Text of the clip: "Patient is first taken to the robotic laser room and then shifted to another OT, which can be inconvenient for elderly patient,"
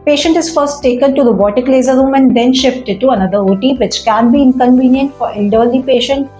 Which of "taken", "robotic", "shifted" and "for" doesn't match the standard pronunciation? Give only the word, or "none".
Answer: none